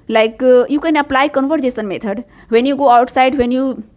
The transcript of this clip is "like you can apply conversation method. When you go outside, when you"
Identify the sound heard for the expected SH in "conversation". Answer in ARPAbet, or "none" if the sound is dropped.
S